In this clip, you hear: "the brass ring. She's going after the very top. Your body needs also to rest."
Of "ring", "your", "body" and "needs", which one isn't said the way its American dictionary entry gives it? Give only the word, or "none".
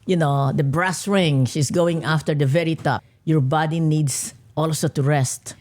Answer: needs